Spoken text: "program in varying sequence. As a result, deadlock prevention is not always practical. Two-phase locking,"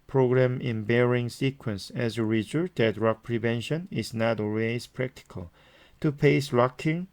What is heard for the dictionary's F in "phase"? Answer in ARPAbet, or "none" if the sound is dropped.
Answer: P